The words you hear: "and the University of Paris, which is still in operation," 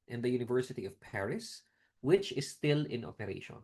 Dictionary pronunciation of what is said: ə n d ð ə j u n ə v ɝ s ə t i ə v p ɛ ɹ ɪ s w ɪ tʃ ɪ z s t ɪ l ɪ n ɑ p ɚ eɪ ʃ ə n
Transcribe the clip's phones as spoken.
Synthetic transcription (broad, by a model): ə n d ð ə j u n ə v ɝ s ə t i ə v p ɛ ɹ ɪ s w ɪ tʃ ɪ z s t ɪ l ɪ n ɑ p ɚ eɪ ʃ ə n